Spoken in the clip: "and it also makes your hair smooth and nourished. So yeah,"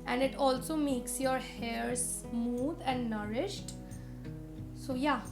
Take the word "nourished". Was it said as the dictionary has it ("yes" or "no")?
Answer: yes